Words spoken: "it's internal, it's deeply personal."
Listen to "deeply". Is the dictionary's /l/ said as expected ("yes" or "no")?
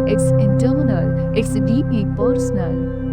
no